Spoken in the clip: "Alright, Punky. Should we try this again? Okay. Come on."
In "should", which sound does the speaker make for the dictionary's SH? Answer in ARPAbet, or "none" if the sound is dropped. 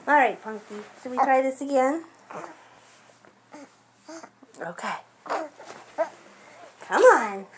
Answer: S